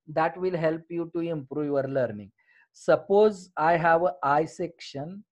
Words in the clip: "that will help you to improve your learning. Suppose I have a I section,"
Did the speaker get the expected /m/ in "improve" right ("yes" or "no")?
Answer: yes